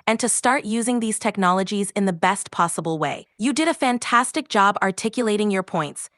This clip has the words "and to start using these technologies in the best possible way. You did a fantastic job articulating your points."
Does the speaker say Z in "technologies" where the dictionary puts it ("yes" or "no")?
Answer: yes